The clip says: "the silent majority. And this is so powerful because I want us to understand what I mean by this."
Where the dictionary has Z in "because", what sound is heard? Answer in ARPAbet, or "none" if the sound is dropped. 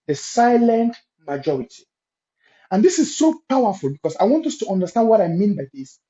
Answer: S